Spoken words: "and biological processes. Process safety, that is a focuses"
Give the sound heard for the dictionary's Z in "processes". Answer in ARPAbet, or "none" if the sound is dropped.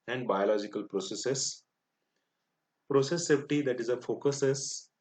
S